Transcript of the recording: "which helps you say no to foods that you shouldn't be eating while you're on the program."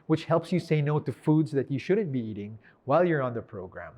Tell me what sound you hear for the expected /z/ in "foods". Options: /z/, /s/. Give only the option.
/z/